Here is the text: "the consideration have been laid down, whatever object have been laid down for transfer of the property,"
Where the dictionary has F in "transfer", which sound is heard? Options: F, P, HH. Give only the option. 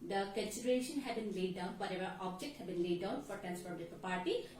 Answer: P